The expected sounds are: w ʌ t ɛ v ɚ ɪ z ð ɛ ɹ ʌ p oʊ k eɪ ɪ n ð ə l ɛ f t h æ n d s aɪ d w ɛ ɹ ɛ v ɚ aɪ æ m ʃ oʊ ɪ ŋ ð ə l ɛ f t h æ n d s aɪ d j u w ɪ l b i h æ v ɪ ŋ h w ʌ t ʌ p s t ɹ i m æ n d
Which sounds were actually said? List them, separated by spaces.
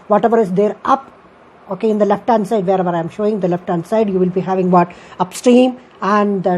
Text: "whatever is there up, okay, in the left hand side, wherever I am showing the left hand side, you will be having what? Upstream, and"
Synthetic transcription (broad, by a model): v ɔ t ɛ v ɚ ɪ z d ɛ ɹ ʌ p oʊ k eɪ ɪ n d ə l ɛ f t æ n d s aɪ d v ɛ ɹ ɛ v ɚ aɪ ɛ m ʃ oʊ ɪ ŋ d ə l ɛ f t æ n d s aɪ d j u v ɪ l b i h æ v ɪ ŋ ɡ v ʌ t ʌ p s t ɹ i m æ n d